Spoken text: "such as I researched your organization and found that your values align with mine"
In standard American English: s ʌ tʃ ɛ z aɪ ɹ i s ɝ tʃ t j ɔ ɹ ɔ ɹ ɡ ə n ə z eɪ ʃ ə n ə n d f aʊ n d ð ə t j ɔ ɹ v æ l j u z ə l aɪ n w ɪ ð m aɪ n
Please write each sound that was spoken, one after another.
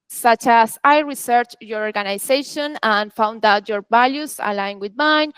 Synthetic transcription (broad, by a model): s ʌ tʃ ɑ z aɪ ɹ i s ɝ tʃ j ɔ ɹ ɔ ɹ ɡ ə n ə s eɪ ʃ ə n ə n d f aʊ n d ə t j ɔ ɹ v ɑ l j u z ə l aɪ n w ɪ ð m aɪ n